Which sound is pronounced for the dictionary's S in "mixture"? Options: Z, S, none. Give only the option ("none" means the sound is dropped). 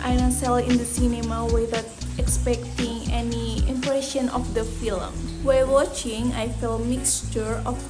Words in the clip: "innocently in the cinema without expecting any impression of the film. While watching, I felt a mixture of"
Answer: S